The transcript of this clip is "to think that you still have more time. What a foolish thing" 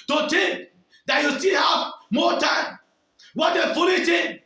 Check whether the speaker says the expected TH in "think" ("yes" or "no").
no